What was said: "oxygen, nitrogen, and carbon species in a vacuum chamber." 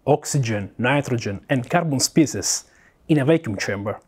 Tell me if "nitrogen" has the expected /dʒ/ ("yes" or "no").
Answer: yes